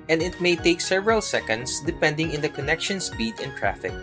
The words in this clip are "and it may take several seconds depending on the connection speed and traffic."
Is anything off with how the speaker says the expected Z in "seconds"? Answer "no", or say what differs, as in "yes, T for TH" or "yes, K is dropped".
yes, S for Z